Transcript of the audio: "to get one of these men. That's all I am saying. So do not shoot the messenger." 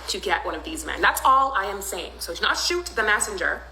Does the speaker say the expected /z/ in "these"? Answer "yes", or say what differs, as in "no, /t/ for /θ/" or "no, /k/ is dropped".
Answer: yes